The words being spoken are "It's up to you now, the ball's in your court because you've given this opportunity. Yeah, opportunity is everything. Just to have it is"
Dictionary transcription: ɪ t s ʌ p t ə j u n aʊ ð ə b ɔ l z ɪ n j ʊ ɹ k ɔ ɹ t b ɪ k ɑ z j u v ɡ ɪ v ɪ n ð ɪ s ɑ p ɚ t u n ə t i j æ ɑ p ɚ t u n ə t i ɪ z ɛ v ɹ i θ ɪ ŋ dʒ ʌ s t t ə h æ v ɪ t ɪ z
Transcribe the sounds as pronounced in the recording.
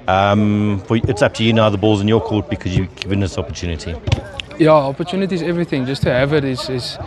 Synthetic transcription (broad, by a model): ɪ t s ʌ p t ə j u n aʊ ð ə b ɔ l z ɪ n j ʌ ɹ k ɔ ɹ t b ɪ k ɑ z j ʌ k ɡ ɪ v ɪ n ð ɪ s ɑ p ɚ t u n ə t i j æ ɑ p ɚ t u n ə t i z ɛ v ɹ i θ ɪ ŋ dʒ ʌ s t t ə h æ v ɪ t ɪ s